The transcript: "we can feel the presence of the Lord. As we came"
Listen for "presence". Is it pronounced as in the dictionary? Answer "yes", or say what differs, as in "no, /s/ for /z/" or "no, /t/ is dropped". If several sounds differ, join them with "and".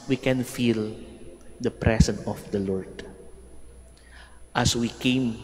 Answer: no, /s/ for /z/